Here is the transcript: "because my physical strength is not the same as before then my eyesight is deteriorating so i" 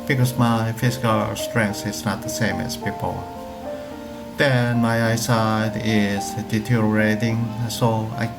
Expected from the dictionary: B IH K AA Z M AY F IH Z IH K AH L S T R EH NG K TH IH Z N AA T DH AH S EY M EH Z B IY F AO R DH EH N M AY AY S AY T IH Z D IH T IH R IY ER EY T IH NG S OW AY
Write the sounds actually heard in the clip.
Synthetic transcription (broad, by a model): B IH K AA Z M AY F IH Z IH K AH L S T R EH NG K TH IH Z N AA T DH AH S EY M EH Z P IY P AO L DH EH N M AY AY S AY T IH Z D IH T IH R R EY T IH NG S OW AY